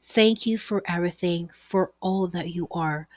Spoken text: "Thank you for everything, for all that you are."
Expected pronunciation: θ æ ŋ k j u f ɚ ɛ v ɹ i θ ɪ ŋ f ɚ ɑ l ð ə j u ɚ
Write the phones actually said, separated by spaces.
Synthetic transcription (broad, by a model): θ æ ŋ k j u f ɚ ɛ v ɹ i θ ɪ ŋ f ɚ ɑ l ð ə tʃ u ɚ